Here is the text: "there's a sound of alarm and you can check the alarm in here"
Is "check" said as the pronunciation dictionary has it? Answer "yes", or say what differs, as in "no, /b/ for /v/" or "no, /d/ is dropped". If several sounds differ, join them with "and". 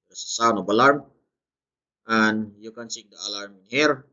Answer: no, /s/ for /tʃ/